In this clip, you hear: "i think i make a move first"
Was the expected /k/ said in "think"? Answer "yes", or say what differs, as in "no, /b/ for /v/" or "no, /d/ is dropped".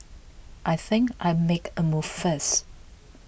yes